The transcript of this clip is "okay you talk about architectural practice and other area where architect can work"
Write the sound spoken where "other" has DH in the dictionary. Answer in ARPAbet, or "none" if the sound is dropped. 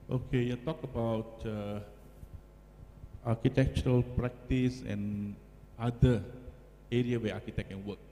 none